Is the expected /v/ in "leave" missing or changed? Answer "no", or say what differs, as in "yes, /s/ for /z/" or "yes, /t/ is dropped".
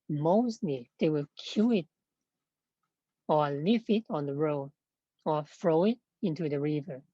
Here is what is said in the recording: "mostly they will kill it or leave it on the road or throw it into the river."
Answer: yes, /f/ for /v/